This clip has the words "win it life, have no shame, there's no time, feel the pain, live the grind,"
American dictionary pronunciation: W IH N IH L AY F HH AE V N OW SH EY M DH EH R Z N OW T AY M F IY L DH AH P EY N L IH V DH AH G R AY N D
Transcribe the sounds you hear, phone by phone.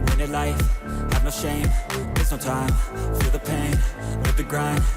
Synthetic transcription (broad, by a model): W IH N IH L AY F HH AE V N OW SH EY M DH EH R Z N OW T AY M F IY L DH AH P EY N W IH DH AH G R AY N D